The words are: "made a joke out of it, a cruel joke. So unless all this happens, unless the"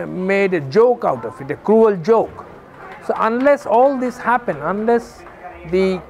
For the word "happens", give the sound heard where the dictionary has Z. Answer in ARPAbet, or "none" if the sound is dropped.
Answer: none